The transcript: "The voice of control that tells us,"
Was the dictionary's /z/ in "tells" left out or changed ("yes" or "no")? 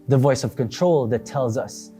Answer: no